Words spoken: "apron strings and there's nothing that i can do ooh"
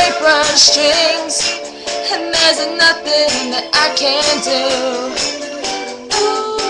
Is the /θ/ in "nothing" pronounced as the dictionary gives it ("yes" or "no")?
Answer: yes